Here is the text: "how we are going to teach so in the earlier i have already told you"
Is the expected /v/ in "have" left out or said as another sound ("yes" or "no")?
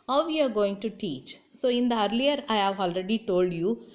no